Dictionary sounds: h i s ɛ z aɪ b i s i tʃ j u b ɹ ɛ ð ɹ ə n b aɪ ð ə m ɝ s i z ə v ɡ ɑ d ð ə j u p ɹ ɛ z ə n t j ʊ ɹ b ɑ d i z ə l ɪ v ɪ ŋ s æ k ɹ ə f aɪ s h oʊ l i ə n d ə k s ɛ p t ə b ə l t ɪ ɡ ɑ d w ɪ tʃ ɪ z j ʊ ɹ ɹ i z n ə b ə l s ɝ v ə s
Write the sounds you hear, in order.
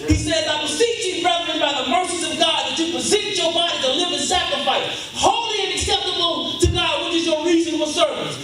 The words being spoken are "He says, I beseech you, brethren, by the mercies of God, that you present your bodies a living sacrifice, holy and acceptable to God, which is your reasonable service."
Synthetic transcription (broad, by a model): h i s ɛ z aɪ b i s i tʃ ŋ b ɹ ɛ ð ɹ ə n b aɪ ð ə m ɝ s i z ə v ɡ ɑ d ð ə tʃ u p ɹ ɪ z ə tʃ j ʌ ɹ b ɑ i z ə l ɪ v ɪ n s æ k ɹ ə f aɪ s h oʊ l i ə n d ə k s ɛ p t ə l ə n t ɪ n ɑ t w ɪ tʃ ɪ z j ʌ ɹ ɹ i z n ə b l s ɝ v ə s